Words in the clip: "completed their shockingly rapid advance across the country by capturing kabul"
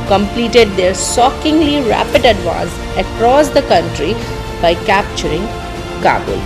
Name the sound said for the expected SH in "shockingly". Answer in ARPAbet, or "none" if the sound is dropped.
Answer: S